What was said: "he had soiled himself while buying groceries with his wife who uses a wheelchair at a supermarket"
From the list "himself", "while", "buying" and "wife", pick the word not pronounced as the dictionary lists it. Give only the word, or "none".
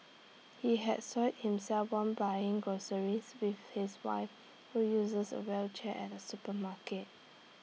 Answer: while